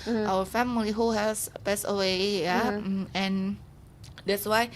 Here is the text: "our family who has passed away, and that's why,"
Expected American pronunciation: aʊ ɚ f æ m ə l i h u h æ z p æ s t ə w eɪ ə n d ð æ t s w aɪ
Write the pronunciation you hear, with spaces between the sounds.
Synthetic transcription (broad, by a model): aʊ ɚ f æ m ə l i h u h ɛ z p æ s ə w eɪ ə n d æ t s w aɪ